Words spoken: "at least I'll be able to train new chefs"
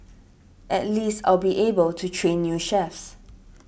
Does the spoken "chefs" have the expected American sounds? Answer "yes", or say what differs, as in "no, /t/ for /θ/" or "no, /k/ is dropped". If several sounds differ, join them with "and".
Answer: yes